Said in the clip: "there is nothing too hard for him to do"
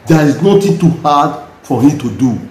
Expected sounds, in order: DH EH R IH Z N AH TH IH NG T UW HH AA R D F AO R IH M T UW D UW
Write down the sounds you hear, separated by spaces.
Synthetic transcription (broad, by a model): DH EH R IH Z N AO T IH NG T UW HH AA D F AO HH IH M T UW D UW